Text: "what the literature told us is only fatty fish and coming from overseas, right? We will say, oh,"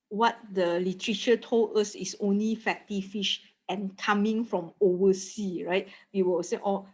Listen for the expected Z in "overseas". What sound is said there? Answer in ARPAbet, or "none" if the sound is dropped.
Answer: none